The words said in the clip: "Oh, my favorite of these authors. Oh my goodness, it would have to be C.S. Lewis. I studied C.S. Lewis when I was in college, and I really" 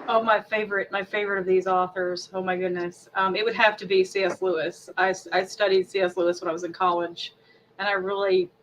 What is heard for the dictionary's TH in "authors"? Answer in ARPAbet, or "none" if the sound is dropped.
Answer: TH